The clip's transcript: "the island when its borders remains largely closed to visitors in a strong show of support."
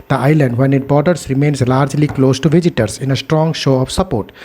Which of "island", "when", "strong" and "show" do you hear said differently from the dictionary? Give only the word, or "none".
none